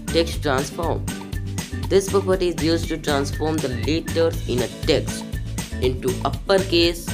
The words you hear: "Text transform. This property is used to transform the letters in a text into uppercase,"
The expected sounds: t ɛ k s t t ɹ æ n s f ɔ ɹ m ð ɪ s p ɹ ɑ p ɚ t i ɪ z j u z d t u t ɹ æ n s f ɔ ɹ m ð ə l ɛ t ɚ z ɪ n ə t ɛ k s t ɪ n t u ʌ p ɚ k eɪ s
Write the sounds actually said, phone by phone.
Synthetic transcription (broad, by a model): t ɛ k s t t ɹ æ n s f ɔ ɹ m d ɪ s p ɹ ɑ p ɚ t i ɪ z j u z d t u t ɹ æ n s f ɔ ɹ m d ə l ɛ t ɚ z ɪ n ə t ɛ k s t ɪ n t u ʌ p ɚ k eɪ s